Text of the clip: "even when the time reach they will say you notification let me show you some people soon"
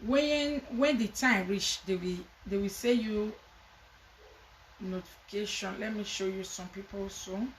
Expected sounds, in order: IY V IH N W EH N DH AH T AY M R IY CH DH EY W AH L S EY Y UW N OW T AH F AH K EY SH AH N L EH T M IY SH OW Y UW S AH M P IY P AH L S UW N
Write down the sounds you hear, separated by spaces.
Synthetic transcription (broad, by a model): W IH N W EH N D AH T AY M R IY CH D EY W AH W S EY Y UW N OW T AH F AH K EY SH AH N L EH T M IY SH OW Y UW S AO M P IY P AH L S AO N